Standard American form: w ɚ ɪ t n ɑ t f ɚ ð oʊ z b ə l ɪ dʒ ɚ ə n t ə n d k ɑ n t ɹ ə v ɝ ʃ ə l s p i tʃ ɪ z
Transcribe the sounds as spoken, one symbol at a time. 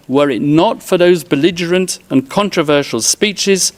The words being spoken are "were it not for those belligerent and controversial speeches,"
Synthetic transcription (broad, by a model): w ɚ ɪ t n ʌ t f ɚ ð oʊ z b ə l ɪ dʒ ɚ ə n t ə n k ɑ n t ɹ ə v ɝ ʃ ə l s p i tʃ ɪ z